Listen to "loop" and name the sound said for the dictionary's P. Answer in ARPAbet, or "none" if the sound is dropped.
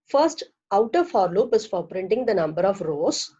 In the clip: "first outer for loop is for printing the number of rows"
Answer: P